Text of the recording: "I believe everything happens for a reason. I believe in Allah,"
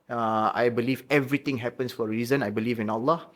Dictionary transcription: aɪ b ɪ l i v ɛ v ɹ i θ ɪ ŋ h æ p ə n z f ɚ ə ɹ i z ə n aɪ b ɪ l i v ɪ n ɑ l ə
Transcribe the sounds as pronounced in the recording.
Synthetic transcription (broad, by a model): aɪ b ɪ l i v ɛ v ɹ i t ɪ ŋ h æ p ə n s f ə ɹ i z ə n aɪ b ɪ l i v ɪ n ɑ l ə